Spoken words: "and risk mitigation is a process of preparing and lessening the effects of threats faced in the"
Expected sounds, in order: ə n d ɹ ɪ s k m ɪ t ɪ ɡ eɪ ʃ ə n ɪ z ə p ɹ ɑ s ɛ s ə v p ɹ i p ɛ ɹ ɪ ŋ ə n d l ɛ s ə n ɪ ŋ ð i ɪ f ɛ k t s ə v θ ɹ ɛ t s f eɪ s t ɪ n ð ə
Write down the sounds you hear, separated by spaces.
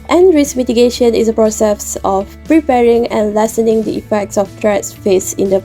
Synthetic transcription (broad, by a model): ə n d ɹ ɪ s m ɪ t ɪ ɡ eɪ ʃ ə n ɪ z ə p ɹ ɑ s ɛ s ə f p ɹ i p ɛ ɹ ɪ ŋ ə n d l ɛ s ə n ɪ ŋ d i ɪ f ɛ k t s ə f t ɹ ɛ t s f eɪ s ɪ n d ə